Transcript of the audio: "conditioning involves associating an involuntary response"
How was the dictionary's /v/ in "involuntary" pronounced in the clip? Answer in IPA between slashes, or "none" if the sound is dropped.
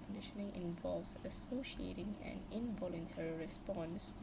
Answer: /v/